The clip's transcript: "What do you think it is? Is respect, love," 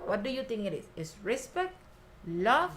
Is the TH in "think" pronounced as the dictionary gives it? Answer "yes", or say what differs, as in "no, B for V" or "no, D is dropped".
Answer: no, T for TH